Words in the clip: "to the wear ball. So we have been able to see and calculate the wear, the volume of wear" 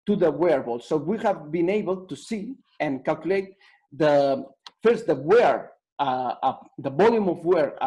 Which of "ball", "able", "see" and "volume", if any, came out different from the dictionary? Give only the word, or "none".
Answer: volume